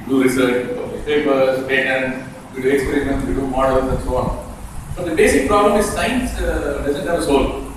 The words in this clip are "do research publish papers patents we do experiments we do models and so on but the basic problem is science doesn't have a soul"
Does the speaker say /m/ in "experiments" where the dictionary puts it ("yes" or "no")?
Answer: no